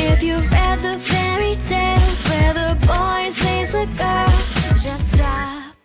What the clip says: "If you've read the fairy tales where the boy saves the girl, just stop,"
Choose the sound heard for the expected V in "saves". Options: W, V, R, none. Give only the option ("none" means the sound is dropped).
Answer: none